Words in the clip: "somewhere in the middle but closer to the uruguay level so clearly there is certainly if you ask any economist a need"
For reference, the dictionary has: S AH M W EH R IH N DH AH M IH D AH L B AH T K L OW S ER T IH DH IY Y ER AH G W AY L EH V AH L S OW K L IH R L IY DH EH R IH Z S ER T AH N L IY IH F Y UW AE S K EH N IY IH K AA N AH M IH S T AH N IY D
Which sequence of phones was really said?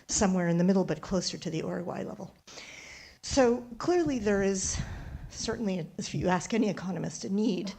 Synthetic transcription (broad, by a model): S AH M W EH R IH N DH AH M IH D L B AH T K L OW S ER T IH DH IY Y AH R W AY L EH V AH L S OW K L IH R L IY DH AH R IH Z S ER T N L IY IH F Y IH AE S K EH N IY IH K AA N AH M IH S T AH N IY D